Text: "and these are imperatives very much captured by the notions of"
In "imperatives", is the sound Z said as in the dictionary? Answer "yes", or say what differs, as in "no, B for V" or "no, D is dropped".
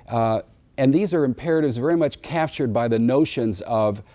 yes